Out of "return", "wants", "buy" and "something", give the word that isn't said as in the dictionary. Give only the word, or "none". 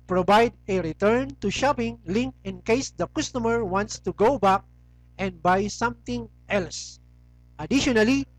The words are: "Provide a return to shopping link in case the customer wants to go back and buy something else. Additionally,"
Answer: something